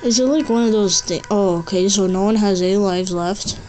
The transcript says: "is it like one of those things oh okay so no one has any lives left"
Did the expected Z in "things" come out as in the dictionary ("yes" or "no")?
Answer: no